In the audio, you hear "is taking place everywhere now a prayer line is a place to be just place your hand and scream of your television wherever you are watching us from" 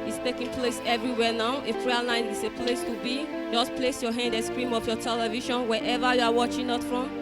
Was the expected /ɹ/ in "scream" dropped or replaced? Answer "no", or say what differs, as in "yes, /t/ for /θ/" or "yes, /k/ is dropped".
no